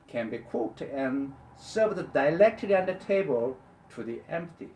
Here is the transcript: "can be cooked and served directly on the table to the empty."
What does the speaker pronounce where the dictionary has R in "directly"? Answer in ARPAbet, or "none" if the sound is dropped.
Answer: L